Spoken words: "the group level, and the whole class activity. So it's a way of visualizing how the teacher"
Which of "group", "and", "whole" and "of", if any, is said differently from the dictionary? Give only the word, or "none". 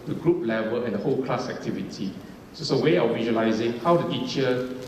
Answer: of